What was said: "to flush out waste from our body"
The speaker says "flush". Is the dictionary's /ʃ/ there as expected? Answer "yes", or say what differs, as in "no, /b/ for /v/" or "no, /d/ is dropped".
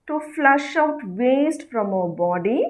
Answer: yes